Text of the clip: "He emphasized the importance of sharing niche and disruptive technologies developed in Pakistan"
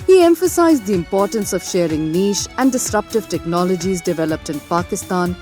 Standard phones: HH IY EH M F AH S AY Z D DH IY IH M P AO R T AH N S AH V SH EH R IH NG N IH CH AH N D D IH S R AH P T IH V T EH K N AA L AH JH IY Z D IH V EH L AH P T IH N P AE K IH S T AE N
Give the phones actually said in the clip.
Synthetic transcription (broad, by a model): HH IY EH M F AH S AY Z D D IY IH M P AO R T AH N S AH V SH EH R IH NG N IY SH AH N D D IH S R AH P T IH V T EH K N AA L AH JH IY Z D IH V EH L AH P T IH N P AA K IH S T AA N